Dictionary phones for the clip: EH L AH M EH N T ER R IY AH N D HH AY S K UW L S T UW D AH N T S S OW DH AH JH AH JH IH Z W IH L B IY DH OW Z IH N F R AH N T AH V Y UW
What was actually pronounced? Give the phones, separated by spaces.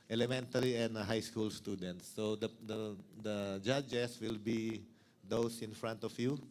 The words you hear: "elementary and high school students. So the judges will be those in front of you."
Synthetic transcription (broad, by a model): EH L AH M EH N T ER R IY AH N D HH AY S K UW L S T UW D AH N T S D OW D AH JH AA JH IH S W IH L B IY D OW S IH N F R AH N T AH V Y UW